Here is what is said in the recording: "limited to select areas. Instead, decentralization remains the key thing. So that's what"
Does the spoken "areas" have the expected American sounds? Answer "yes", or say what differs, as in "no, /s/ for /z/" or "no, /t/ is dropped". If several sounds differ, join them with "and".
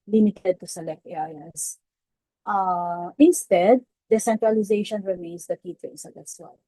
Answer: no, /z/ is dropped